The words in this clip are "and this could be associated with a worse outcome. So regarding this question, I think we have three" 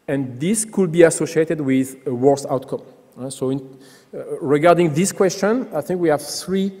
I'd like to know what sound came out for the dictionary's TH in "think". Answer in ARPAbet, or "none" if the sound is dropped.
TH